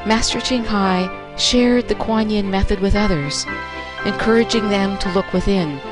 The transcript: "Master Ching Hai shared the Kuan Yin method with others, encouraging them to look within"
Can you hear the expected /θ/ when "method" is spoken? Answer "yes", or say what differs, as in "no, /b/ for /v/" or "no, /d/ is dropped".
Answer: yes